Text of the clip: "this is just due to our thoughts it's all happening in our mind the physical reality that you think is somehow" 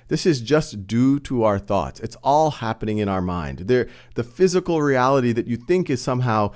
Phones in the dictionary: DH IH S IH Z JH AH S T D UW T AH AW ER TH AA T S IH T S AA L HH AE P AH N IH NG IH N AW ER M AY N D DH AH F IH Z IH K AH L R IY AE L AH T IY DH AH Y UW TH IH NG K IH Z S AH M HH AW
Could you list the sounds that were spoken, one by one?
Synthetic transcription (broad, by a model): DH IH S IH Z JH AH S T D UW T AH AW ER TH AA T S IH T S AA L HH AE P AH N IH NG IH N AW ER M AY N D DH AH F IH Z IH K L R IY AE L AH T IY DH AH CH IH TH IH NG K IH Z S AH M HH AW